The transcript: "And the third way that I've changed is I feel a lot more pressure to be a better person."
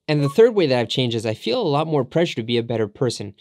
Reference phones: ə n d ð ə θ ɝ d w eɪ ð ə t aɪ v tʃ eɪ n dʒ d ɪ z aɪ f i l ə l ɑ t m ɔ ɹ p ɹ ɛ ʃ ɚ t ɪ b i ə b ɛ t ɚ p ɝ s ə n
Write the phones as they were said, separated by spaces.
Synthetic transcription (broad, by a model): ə n ð ə θ ɝ d w eɪ ð ə t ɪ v tʃ eɪ n dʒ ɪ z aɪ f i l ə l ɑ t m ɔ ɹ p ɹ ɛ ʃ ɚ t ɪ b i ə b ɛ t ɚ p ɝ s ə n